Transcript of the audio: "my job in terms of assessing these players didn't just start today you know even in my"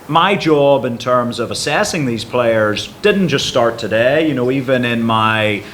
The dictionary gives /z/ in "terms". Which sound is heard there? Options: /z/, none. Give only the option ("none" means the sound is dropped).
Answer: /z/